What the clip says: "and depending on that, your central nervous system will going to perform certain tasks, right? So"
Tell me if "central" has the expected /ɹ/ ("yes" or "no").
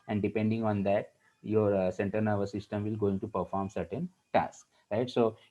no